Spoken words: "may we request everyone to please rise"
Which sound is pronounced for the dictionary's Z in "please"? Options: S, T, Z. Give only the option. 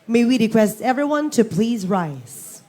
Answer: Z